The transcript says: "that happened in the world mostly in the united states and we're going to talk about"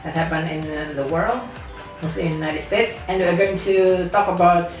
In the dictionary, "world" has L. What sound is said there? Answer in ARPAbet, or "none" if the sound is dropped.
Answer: L